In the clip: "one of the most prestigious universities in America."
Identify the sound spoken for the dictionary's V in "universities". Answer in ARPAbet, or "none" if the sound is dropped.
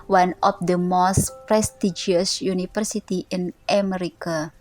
F